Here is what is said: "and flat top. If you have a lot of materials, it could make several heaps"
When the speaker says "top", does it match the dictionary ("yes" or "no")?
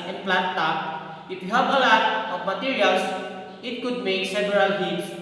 no